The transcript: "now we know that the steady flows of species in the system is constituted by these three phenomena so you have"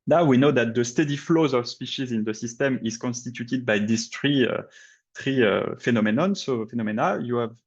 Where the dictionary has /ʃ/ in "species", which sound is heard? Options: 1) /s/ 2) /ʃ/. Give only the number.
2